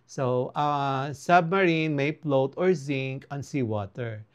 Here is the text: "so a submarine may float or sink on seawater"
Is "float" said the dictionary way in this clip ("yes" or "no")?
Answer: no